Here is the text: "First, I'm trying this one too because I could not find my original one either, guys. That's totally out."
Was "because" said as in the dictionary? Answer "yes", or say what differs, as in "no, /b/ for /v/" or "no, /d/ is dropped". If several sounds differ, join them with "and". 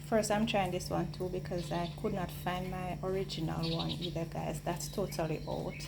yes